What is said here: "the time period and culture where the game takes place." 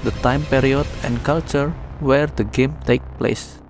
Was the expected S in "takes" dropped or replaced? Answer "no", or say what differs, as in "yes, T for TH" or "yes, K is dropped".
yes, S is dropped